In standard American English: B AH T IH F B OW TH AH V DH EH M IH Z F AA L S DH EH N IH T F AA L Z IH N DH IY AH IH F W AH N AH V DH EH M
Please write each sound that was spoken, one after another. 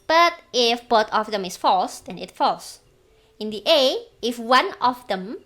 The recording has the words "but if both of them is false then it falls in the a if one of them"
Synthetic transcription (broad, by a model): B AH T IH F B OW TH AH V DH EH M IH S F AA L S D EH N IH T F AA L S IH N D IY AH IH F W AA N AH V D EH M